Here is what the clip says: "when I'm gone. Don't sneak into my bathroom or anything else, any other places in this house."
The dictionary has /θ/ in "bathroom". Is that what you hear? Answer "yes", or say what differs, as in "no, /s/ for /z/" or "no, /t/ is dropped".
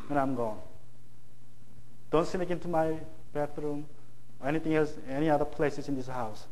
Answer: no, /t/ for /θ/